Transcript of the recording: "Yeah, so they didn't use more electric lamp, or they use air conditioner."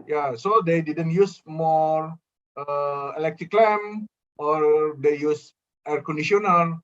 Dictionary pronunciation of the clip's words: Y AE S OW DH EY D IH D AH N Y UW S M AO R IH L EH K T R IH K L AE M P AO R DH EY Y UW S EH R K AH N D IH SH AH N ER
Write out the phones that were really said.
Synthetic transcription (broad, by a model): Y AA S OW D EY D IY D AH N Y UW S M AO R IH L EH K T R IH K L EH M AO R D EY Y UW S EH R K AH N D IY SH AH N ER